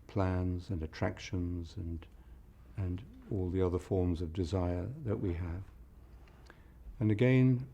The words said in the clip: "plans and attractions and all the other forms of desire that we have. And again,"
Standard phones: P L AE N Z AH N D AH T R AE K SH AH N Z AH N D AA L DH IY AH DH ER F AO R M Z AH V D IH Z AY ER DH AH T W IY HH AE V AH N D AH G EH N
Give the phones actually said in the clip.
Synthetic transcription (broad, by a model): P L AE N Z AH N AH T R AE K SH AH N Z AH N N AA L DH IY AH DH ER F AO R M Z AH V D IH Z AY ER DH AH T W IY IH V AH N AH G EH N